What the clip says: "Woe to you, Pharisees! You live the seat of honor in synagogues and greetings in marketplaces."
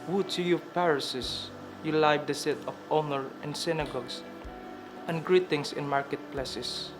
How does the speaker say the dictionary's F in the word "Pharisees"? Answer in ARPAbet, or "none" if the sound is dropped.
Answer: P